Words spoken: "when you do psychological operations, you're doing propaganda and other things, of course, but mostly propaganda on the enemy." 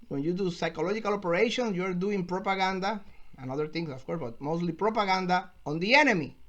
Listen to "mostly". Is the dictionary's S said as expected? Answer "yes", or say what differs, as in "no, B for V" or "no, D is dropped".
yes